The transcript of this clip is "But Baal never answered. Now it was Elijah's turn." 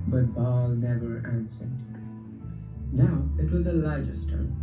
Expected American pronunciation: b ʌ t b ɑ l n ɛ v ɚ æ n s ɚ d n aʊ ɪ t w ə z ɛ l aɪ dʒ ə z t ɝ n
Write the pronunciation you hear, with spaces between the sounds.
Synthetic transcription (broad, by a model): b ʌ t b ɑ l n ɛ v ɚ æ n s ɚ d n aʊ ɪ t w ə z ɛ l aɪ dʒ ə s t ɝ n